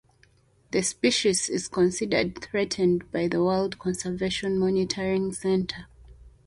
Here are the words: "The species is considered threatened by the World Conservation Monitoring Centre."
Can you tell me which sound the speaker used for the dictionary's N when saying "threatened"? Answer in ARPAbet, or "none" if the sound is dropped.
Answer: N